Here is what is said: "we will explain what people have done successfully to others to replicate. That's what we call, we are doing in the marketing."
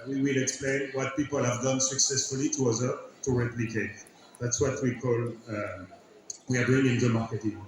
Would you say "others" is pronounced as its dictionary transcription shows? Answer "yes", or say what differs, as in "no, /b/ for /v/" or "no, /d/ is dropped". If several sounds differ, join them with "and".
no, /z/ is dropped